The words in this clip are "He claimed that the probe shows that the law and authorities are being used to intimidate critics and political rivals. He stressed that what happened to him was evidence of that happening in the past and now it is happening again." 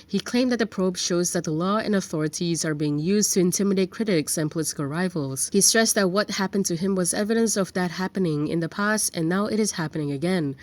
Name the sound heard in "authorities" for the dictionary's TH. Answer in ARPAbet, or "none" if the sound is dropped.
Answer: TH